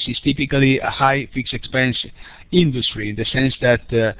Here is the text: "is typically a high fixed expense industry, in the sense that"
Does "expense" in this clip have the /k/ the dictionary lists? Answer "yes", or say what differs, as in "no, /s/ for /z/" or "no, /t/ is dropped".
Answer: yes